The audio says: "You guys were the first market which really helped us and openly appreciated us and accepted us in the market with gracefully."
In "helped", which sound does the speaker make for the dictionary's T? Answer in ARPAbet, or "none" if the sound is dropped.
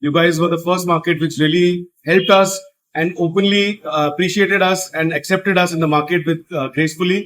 T